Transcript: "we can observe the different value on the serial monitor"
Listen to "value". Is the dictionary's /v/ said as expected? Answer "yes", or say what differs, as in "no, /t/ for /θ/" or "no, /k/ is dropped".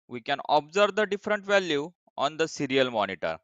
yes